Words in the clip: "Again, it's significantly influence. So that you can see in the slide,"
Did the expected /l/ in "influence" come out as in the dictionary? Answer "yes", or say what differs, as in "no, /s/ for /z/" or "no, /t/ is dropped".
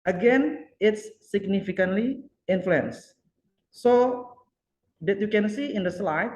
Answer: yes